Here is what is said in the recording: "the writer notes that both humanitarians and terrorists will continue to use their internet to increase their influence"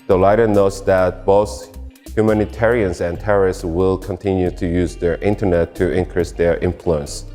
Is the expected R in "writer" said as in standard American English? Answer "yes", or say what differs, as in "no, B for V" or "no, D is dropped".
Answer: no, L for R